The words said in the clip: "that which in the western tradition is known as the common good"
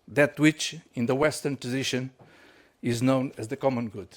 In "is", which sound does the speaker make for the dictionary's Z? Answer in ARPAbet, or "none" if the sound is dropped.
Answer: Z